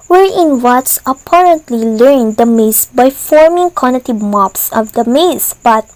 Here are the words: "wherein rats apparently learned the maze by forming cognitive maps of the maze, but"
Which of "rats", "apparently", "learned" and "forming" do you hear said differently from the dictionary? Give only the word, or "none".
rats